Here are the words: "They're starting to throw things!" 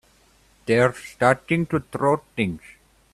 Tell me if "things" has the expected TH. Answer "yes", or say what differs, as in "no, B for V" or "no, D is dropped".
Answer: no, T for TH